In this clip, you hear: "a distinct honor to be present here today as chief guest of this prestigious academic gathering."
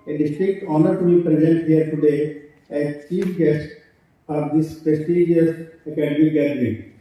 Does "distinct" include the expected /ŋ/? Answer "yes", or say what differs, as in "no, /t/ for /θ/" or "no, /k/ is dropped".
no, /ŋ/ is dropped